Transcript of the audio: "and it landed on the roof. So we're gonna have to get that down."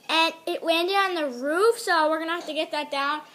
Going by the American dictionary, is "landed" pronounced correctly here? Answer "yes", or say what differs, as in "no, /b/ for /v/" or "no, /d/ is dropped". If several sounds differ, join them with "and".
no, /w/ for /l/